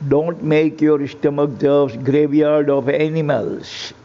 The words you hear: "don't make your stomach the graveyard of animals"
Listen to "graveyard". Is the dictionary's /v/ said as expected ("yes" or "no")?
yes